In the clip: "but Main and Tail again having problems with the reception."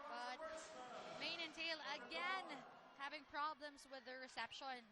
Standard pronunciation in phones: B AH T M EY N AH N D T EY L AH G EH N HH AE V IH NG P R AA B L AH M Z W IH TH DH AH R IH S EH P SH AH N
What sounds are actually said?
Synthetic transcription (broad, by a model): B AH T M EY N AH N T EY L AH G EH N HH AE V IH NG P R AA B L AH M Z W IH DH AH R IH S EH P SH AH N